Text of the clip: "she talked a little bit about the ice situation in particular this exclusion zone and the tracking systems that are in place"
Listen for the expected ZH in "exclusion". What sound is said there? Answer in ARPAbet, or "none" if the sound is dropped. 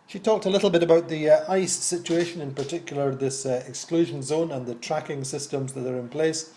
ZH